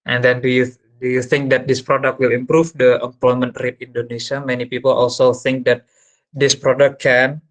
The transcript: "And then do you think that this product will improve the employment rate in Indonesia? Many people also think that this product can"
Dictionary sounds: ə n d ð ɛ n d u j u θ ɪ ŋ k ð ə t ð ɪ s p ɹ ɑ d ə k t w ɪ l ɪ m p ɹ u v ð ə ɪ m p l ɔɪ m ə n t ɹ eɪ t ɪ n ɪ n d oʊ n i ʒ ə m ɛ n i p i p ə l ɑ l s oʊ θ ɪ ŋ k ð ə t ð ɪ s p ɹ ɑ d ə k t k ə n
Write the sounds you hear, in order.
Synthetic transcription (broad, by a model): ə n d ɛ n d u j u θ ɪ ŋ k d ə t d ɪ s p ɹ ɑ d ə k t w ɪ l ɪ m p ɹ u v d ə ɪ m p l ɔɪ m ə n t ɹ eɪ t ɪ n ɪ n d oʊ n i s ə m ɛ n i p i p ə l ɑ l s oʊ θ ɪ ŋ k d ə t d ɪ s p ɹ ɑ d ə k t k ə n